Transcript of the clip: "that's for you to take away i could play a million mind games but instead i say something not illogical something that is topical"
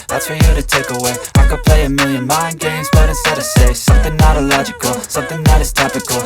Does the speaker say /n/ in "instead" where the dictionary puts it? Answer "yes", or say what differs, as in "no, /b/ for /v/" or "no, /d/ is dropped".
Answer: no, /n/ is dropped